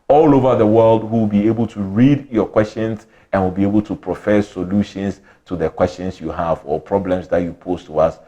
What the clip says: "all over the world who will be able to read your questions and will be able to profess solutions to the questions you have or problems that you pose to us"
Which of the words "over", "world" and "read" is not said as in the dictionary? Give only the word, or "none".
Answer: none